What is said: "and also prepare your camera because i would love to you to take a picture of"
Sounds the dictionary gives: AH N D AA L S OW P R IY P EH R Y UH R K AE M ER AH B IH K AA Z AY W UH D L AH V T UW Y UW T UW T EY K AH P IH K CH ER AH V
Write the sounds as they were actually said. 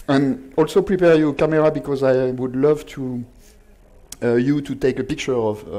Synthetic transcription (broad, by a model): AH N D AA L S OW P R IY P EH R Y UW K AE M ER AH B IH K AA Z AY W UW D L AH V T UW Y UW T UW T EY K AH P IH K CH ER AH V